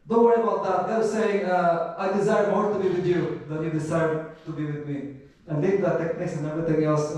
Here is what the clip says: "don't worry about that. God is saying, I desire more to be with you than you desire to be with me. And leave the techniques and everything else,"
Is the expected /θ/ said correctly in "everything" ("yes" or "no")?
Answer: no